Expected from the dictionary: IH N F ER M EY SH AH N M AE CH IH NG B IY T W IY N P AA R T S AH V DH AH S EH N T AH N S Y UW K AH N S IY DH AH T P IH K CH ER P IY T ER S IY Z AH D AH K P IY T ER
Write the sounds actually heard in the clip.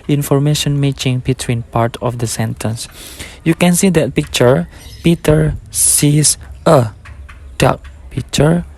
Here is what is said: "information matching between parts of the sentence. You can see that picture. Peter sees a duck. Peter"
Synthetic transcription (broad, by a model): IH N F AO M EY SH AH N M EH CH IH NG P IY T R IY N P AA R T AH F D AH S EH N T AH N S Y UW K AH N S IY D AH T P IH K CH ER P IY T ER S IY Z AH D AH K P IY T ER